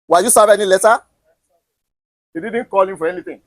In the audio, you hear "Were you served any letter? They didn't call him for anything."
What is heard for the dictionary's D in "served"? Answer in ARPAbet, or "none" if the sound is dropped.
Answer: none